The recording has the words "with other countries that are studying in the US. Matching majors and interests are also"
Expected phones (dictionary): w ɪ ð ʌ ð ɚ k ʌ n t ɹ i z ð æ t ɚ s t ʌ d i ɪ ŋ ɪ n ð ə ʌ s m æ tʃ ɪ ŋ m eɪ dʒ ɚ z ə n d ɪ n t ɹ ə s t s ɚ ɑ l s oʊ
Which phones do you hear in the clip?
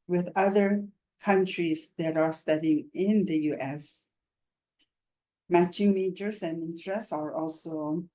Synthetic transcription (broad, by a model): w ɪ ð ʌ ð ɚ k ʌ n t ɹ i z ð æ t ɚ s t ʌ d i ɪ ŋ ɪ n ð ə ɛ s m æ tʃ ɪ ŋ m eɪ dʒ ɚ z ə n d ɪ n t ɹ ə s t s ɚ ɑ l s oʊ